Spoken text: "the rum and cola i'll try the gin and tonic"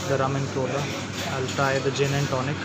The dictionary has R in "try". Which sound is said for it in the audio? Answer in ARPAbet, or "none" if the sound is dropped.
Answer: none